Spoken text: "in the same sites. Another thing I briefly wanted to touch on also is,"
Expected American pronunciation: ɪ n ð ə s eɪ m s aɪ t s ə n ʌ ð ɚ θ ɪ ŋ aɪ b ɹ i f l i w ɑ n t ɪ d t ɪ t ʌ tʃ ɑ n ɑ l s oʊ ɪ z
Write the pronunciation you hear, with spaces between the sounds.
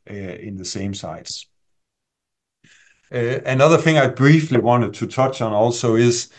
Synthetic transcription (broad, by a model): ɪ n ð ə s eɪ m s aɪ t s ə n ʌ ð ɚ θ ɪ ŋ aɪ b ɹ i f l i w ɑ n t ɪ d t ɪ t ʌ tʃ n ɑ l s oʊ ɪ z